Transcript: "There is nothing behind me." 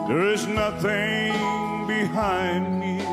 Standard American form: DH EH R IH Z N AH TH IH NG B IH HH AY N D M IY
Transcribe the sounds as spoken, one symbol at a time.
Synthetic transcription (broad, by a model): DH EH R IH Z N AH TH IH NG B IH HH AY N D M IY